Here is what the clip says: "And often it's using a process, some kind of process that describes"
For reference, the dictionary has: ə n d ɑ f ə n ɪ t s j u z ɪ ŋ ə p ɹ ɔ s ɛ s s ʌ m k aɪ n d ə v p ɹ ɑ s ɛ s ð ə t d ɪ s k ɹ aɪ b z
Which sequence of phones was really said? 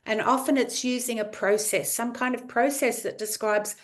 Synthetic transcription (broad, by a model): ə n ɑ f ə n ɪ t s j u z ɪ ŋ ə p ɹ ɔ s ɛ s s ʌ m k aɪ n d ə v p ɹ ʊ s ɛ s ð ə t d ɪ s k ɹ aɪ b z